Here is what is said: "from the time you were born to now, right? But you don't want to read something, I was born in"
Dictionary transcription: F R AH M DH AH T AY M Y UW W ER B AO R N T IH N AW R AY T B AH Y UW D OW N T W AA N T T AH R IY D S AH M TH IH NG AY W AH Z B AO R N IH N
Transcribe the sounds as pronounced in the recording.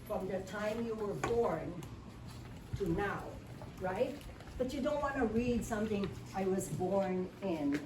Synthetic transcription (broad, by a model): F R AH M DH AH T AY M Y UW W ER B AO R N T IH N AW R AY T B AH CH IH D OW N T W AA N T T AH R IY D S AH M TH IH NG AY W AH Z B AO R N IH N